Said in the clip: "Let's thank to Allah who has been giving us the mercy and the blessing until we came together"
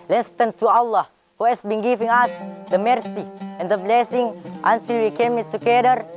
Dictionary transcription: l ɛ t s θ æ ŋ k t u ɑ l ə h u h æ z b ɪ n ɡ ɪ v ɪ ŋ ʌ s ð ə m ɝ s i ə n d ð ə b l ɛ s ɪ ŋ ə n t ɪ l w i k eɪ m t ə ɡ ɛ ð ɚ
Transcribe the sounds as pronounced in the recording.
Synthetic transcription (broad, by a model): l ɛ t s t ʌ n t u ɑ l ə h u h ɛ s b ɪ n ɡ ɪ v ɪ ŋ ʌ s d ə m ɝ s i ə n d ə b l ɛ s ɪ ŋ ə n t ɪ l w i k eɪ m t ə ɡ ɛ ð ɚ